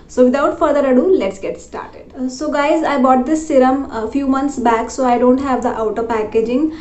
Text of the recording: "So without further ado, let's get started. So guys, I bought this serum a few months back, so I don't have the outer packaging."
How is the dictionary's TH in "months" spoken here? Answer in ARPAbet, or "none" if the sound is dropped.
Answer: T